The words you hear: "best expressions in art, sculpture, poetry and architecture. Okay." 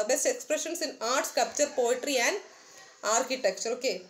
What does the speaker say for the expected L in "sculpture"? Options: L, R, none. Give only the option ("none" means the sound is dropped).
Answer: none